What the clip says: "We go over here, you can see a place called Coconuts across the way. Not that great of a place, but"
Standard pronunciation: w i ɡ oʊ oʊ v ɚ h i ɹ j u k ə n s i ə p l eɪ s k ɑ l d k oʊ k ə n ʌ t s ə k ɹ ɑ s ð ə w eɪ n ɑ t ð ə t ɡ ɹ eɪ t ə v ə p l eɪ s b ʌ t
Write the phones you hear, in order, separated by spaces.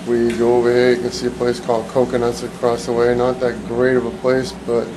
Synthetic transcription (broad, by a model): w i ɡ oʊ oʊ v ɚ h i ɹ j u k ə n s i ə p l eɪ s k ɑ l d k oʊ k ə n ʌ t s ə k ɹ ɑ s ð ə w eɪ n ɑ t ð ə t ɡ ɹ eɪ t ə v ə p l eɪ s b ʌ t